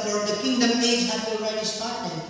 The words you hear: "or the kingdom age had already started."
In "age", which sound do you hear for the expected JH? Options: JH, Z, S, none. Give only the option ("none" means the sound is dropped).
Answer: Z